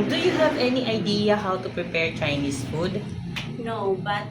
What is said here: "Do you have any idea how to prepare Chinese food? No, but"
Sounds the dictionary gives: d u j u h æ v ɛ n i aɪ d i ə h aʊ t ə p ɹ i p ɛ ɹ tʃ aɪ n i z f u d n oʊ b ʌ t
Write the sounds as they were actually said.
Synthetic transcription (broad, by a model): d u j u h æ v ɛ n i aɪ d i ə h aʊ t ə p ɹ i p ɛ ɹ tʃ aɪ n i s f u d n oʊ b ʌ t